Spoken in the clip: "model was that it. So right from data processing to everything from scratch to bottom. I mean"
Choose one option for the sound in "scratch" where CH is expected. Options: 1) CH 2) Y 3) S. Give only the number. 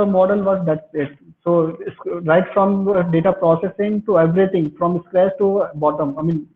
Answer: 3